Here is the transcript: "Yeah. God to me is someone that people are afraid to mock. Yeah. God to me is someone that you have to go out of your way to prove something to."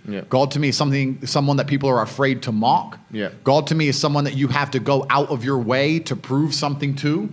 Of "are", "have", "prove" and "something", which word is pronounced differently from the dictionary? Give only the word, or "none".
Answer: have